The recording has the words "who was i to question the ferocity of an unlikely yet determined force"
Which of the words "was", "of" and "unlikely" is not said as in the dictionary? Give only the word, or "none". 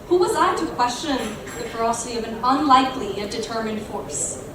none